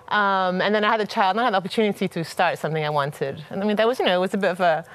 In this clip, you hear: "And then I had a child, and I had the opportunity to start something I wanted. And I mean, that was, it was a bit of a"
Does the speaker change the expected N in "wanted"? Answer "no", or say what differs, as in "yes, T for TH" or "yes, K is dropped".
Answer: no